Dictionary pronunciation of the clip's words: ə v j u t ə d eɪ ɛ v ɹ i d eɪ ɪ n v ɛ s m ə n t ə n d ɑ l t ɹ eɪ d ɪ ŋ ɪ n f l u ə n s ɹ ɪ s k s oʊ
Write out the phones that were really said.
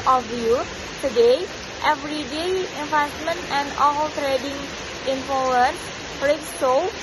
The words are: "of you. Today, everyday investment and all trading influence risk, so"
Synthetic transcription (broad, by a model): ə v j u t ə d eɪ ɛ v ɹ i d eɪ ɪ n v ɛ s m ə n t ə n d ɑ l t ɹ eɪ d ɪ ŋ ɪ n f u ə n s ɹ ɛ k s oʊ